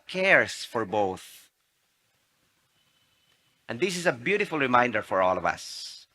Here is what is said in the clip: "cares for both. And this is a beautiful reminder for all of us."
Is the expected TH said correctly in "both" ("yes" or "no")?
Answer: yes